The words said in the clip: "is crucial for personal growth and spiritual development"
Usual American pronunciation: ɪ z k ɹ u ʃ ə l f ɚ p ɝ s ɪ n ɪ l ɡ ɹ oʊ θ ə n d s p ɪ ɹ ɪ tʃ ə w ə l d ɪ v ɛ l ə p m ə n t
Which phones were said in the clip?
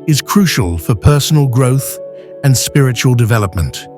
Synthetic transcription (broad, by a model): ɪ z k ɹ u ʃ ə l f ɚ p ɝ s n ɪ l ɡ ɹ oʊ θ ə n s p ɪ ɹ ɪ tʃ ə w ə l d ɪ v ɛ l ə p m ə n t